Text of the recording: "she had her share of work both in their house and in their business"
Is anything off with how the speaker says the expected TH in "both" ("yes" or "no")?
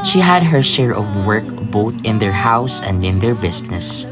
no